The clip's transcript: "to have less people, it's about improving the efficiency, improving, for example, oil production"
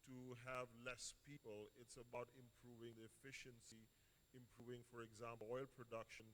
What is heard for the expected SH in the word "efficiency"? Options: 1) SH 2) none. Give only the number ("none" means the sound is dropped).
1